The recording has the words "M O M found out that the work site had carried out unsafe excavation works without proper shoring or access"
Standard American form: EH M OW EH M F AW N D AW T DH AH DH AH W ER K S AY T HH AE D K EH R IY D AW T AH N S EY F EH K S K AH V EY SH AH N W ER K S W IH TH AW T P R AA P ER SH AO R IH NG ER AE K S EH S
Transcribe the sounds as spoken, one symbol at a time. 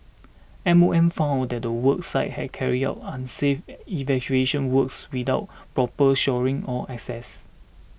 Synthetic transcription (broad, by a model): EH M OW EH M F AW N D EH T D AH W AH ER K S AY T HH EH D K EH R IY D AW T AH N S EY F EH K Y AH EY SH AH N W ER K S W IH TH AW T P R AA P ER SH AO R IH NG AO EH K S EH S